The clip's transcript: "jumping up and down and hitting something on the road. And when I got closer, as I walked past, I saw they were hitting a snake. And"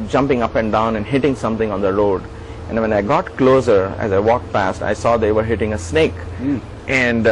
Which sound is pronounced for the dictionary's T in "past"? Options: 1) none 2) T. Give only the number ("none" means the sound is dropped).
2